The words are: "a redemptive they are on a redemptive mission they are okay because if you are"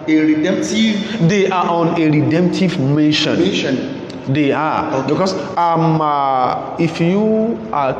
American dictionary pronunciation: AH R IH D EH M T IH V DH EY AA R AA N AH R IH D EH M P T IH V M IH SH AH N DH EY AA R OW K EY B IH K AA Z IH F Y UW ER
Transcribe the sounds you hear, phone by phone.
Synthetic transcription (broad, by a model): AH R IH D EH M T IH V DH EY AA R AA N AH R IH D EH M P T IH V M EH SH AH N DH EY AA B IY K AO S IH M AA IH F Y UW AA